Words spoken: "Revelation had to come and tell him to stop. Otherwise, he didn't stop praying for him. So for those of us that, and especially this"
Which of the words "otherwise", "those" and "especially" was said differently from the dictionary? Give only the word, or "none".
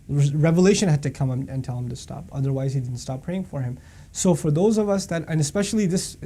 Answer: none